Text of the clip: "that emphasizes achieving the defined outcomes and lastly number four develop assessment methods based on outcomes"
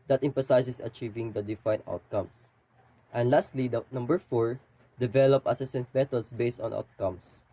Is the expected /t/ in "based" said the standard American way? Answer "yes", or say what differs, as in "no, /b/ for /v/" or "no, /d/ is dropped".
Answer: yes